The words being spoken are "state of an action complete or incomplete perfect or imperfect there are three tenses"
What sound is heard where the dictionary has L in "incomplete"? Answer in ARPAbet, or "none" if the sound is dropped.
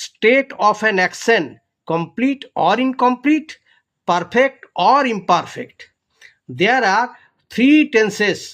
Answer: L